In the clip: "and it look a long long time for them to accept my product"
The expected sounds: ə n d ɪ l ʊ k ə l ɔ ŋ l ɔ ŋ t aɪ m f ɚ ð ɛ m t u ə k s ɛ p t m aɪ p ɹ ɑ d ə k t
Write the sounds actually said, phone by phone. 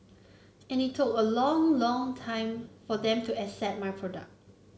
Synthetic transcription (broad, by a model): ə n ɪ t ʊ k ə l ɔ ŋ l ɔ ŋ t aɪ m f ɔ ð ɛ m t u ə s ɛ t m aɪ p ɹ ɑ d ə k t